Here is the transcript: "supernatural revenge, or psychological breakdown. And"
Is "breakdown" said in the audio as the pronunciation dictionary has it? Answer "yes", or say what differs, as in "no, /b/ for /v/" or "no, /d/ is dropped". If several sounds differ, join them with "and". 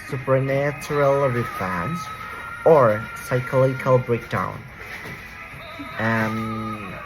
no, /n/ is dropped